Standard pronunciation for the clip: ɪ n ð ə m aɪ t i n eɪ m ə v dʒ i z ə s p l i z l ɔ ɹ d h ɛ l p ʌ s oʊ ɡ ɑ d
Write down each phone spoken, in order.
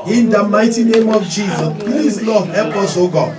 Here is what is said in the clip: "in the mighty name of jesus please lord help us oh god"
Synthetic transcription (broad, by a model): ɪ n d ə m aɪ t i n eɪ m ə v dʒ i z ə s p l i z l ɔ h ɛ p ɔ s oʊ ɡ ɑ